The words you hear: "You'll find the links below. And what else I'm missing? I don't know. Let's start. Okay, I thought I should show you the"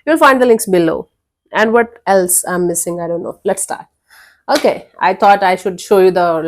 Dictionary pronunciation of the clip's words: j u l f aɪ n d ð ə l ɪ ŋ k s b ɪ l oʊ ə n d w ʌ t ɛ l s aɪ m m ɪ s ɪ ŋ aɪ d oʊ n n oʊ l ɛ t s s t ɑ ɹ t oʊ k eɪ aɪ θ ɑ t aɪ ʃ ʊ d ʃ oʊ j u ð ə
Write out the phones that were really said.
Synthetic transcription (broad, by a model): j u l f aɪ n d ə l ɪ ŋ k s b ɪ l oʊ ə n d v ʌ t ɛ l s aɪ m m ɪ s ɪ ŋ aɪ d oʊ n n oʊ l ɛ t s s t ɑ ɹ t oʊ k eɪ aɪ t ɑ t aɪ ʃ ʊ d ʃ oʊ j u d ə